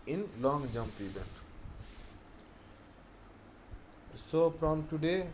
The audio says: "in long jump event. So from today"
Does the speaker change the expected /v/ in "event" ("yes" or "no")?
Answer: yes